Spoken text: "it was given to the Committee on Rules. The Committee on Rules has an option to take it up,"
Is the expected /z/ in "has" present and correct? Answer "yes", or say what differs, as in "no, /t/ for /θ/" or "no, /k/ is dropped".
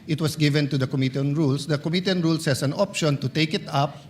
no, /s/ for /z/